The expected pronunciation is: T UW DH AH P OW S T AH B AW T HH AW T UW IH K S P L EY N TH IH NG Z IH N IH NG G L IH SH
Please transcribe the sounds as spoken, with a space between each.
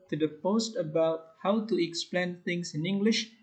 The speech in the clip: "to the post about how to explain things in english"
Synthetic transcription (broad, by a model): T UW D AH P OW S T AH B AW T HH AW T UW IH K S P L EY N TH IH NG S IH N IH NG G L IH SH